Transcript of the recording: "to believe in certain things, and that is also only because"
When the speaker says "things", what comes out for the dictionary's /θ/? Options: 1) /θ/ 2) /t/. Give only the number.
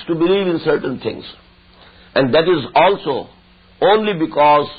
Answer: 2